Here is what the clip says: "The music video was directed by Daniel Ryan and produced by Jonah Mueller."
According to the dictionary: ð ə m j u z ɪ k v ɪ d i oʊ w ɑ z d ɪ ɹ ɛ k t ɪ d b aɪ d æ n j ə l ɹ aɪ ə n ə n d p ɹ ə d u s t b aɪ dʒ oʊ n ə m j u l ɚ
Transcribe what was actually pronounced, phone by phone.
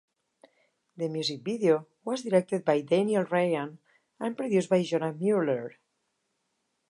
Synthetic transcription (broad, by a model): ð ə m j u z ɪ k b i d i oʊ w ɑ z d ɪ ɹ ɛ k t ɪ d b aɪ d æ n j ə l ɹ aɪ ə n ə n p ɹ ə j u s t b aɪ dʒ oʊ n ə m j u l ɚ